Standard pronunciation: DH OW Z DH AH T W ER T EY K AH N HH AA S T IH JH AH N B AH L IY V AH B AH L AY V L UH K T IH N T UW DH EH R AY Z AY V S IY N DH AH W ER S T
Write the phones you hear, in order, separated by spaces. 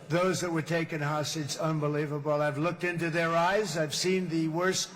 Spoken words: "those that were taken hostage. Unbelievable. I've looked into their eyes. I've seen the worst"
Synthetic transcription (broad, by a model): DH OW Z DH AH T W ER T EY K AH N HH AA S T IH Z AH N B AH L IY V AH B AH L AY V L UH K T IH N T UW DH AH R AY Z AY V S IY N DH AH W ER S